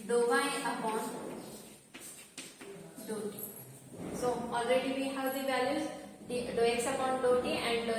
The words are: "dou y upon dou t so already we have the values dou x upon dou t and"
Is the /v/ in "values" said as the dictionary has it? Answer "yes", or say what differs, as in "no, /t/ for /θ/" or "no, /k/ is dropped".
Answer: no, /b/ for /v/